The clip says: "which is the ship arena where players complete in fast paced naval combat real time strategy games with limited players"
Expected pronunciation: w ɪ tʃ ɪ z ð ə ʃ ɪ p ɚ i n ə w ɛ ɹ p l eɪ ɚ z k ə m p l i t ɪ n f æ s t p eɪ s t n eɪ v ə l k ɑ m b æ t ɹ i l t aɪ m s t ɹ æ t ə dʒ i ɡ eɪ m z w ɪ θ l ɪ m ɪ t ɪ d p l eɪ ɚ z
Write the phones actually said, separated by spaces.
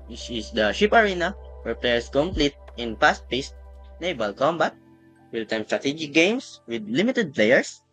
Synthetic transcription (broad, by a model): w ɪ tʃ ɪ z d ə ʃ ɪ p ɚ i n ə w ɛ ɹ p l eɪ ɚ s k ə m p l i t ɪ n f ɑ s t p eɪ s t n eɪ b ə l k ɑ m b æ t w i l t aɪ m s t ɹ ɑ t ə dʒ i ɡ eɪ m s w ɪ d l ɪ m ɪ t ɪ d p l eɪ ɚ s